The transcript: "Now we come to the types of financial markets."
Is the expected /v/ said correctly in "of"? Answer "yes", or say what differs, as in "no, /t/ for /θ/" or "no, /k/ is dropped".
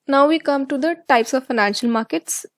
yes